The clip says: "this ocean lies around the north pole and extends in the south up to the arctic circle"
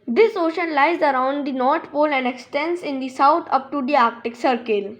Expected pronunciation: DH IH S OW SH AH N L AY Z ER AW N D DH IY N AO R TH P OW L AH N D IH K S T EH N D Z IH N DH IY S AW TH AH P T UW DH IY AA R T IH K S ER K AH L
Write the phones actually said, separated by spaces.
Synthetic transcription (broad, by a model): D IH S OW SH AH N L AY Z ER AW N D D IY N AO R T P OW L AH N D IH K S T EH N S IH N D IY S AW T AH P T UW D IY AA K T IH K S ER K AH L